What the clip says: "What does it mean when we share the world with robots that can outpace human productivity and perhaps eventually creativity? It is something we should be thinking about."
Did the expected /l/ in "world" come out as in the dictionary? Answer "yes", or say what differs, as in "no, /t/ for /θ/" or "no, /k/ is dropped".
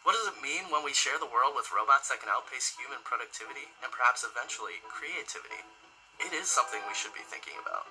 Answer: yes